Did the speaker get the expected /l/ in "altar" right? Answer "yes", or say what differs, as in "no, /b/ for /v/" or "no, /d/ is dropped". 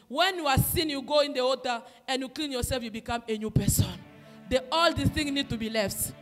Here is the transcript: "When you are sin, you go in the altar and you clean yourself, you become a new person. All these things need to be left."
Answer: no, /l/ is dropped